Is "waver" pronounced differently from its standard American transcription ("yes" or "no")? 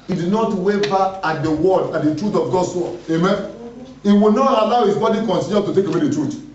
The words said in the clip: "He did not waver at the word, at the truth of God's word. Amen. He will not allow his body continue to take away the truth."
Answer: yes